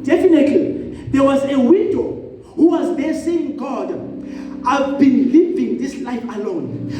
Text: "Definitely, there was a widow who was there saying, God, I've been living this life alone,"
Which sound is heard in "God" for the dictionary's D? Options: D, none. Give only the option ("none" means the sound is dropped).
D